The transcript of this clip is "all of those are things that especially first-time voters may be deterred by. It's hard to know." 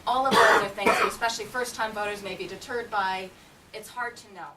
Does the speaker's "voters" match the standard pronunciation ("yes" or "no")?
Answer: yes